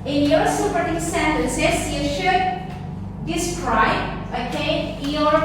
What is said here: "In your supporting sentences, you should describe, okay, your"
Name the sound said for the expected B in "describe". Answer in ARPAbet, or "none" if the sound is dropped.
none